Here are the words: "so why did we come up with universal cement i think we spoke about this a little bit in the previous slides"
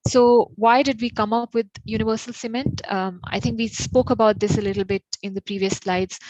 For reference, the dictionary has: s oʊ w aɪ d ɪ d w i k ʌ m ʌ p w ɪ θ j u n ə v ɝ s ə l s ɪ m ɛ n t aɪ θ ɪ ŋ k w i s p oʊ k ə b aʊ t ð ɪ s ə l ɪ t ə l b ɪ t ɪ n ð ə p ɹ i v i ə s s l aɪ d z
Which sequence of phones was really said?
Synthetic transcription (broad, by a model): s oʊ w aɪ d ɪ d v i k ʌ m ʌ p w ɪ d j u n ə v ɝ s ə l s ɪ m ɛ n t aɪ t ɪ ŋ k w i s p oʊ k ə b aʊ t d ɪ s ə l ɪ t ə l b ɪ t ɪ n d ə p ɹ i v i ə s s l aɪ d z